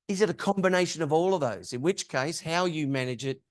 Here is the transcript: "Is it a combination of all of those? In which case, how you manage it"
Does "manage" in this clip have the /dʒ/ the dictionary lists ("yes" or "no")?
yes